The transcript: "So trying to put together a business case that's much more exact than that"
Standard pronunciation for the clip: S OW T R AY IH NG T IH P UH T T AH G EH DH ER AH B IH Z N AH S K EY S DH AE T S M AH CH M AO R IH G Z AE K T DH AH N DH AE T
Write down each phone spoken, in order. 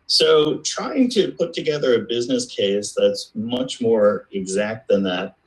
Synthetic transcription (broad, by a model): S OW T R AY IH NG T IH P UH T T AH G EH DH ER AH B IH Z N AH S K EY S DH AE T S M AH CH M AO R IH G Z AE K T DH AH N DH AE T